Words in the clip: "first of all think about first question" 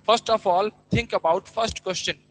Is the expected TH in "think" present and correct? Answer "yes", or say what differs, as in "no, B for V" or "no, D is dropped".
no, T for TH